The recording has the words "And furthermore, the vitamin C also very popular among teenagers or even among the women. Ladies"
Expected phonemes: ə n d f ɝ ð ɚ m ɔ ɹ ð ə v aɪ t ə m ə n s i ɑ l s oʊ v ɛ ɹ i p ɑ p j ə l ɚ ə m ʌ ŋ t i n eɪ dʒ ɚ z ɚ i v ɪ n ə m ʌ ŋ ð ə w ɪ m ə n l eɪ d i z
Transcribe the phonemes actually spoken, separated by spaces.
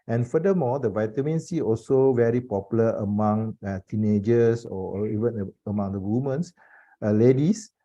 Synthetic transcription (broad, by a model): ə n f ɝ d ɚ m ɔ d ə v aɪ t ə m ə n s i ɑ l s oʊ v ɛ ɹ i p ɑ p j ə l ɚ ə m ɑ ŋ t i n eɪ dʒ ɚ s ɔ i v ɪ n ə m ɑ ŋ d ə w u m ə n l eɪ d i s